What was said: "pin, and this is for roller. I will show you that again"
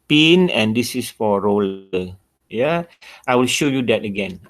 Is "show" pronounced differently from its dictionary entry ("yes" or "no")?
no